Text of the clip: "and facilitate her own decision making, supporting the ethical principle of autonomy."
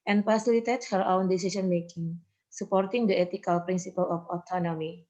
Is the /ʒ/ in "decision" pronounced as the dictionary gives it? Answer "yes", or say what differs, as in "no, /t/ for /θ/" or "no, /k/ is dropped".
no, /s/ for /ʒ/